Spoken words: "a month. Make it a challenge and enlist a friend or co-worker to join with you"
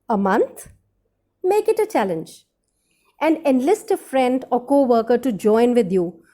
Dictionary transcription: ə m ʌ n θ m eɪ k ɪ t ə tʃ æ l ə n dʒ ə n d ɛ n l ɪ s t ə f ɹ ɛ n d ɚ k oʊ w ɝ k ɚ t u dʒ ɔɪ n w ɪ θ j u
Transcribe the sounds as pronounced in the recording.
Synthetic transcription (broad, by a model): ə m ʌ n t m eɪ k ɪ t ə tʃ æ l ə n dʒ ə n d ɛ n l ɪ s t ə f ɹ ɛ n d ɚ k oʊ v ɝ k ɚ t u dʒ ɔɪ n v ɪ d j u